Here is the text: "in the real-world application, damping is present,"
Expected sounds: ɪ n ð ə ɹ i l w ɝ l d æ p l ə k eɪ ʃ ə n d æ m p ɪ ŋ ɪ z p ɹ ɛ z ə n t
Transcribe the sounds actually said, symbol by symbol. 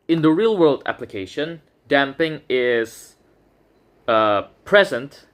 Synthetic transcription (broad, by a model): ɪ n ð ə ɹ i l w ɝ l d æ p l ə k eɪ ʃ ə n d æ m p ɪ ŋ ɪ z p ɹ ɛ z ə n t